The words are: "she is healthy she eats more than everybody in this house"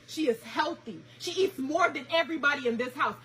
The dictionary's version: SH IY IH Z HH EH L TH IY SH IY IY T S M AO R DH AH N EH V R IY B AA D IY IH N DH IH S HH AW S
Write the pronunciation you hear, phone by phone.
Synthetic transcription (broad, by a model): SH IY IH Z HH EH L TH IY SH IY IY T S M AO R DH AH N EH V R IY B AA D IY IH N DH IH S HH AW S